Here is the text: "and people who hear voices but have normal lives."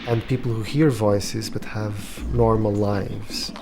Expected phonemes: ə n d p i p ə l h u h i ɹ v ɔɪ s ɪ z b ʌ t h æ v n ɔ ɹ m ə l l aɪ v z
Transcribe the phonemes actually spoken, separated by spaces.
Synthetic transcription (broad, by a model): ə n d p i p l h u h i ɹ v ɔɪ s ɪ z b ʌ t h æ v n ɔ ɹ m ə l l aɪ v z